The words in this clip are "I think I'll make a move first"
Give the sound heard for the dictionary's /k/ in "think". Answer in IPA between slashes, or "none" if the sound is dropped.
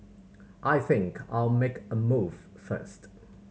/k/